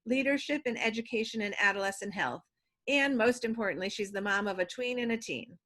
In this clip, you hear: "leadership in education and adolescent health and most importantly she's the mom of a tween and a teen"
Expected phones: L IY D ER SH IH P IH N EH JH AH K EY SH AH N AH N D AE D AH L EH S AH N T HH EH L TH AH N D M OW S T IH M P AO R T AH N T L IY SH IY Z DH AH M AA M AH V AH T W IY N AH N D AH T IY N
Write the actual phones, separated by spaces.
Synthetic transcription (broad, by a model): L IY D ER SH IH P IH N EH JH AH K EY SH AH N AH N AE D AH L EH S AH N HH EH L TH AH N M OW S T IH M P AO R T N T L IY SH IY Z DH AH M AA M AH V AH T W IY N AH N AH T IY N